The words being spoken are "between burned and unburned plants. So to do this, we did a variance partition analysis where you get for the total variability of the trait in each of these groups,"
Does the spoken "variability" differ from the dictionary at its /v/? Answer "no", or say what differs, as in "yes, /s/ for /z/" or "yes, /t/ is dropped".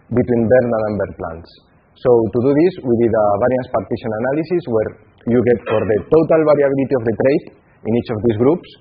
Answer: yes, /b/ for /v/